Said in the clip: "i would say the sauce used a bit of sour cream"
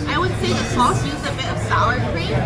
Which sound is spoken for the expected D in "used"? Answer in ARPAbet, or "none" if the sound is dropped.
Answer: none